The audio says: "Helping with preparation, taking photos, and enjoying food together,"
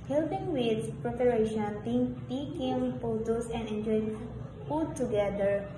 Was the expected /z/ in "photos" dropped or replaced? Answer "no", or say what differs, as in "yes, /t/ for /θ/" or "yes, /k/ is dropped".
yes, /s/ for /z/